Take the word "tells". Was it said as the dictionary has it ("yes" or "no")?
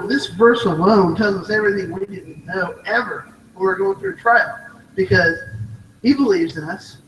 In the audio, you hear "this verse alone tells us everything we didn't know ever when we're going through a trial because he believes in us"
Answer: no